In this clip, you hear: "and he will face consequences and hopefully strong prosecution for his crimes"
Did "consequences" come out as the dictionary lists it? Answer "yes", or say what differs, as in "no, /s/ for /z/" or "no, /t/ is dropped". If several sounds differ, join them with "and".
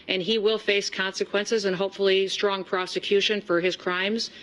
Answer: yes